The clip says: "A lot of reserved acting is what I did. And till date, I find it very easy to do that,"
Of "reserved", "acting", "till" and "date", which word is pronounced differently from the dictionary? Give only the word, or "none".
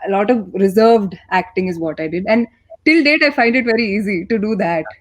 none